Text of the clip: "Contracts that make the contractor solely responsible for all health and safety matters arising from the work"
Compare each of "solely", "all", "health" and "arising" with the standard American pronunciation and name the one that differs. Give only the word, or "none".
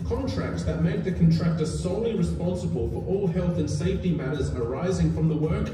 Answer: none